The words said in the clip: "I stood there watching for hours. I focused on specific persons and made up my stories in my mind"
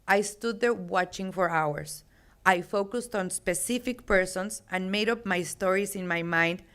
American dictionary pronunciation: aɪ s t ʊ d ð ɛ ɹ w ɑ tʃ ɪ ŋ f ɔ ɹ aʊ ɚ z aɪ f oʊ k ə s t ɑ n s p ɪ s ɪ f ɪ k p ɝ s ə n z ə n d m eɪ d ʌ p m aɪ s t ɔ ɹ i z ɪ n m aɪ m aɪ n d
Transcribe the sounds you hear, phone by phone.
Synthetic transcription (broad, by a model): aɪ s t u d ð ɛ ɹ w ɑ tʃ ɪ ŋ f ɔ ɹ aʊ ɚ s aɪ f oʊ k ə s t ɑ n s p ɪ s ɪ f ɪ k p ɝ s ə n s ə n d m eɪ d ʌ p m aɪ s t ɔ ɹ i s ɪ n m aɪ m aɪ n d